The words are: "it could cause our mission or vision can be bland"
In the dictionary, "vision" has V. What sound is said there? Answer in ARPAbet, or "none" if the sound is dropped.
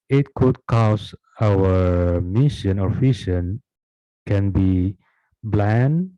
F